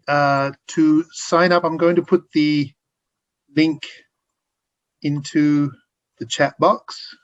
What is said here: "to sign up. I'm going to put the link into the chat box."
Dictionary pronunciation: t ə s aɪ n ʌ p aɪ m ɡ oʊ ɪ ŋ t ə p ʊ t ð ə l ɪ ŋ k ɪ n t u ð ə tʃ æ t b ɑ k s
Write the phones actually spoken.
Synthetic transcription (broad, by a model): t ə s aɪ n ʌ p aɪ m ɡ oʊ ɪ ŋ t ə p ʊ t ð ə l ɪ ŋ k ɪ n t u ð ə tʃ æ t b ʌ k s